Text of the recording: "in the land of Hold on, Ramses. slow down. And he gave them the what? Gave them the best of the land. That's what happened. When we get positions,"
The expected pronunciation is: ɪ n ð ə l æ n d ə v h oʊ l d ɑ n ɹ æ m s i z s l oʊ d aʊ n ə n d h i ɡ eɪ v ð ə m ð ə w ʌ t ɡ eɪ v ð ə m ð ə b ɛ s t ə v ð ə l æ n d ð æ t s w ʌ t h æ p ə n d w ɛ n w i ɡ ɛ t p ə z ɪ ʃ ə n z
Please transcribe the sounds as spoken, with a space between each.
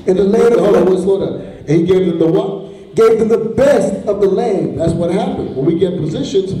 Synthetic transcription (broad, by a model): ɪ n ð ə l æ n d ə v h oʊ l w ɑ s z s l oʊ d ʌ ə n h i ɡ eɪ v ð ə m ð ə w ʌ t ɡ eɪ v ð ə m ð ə b ɛ s t ə v ð ə l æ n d ð æ t s w ʌ t h æ p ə n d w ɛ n w i ɡ ɛ t p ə z ɪ ʃ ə n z